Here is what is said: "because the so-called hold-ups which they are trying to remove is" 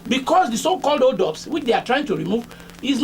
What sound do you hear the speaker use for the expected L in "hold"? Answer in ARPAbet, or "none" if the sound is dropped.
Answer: none